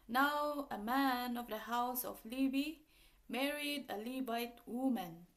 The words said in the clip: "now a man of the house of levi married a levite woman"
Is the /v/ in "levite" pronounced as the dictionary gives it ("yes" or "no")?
no